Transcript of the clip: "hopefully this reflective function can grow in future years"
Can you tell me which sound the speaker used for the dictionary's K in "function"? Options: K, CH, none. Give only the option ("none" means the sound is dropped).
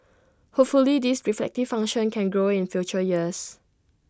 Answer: none